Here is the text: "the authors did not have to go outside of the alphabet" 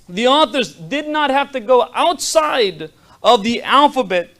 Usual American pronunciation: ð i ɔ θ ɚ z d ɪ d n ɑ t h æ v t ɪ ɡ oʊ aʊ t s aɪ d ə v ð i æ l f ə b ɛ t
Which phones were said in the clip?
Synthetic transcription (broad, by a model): ð i ɔ θ ɚ z d ɪ d n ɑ t h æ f t ɪ ɡ oʊ aʊ t s aɪ d ə v ð i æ l f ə b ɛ t